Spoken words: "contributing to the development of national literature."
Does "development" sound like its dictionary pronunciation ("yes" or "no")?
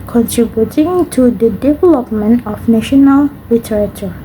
yes